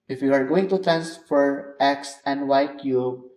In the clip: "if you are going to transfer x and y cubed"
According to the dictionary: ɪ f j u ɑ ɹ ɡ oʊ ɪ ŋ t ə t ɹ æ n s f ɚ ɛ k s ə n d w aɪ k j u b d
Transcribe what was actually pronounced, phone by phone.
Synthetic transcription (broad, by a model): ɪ f j u ɑ ɹ ɡ oʊ ɪ ŋ t ə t æ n s f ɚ ɛ k s ə n d w aɪ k j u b